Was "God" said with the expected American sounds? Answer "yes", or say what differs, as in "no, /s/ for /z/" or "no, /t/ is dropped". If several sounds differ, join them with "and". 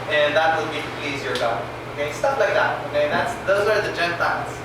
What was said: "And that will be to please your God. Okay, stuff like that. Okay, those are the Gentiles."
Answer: no, /d/ is dropped